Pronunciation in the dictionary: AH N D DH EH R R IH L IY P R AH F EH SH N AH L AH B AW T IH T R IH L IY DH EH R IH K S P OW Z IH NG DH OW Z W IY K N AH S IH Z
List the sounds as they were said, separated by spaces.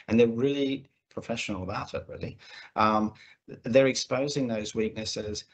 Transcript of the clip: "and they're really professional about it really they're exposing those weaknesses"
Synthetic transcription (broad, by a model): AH N DH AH R R IH L IY P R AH F EH SH N L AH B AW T IH T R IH L IY DH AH R IH K S P OW Z IH NG DH OW Z W IY K N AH S IH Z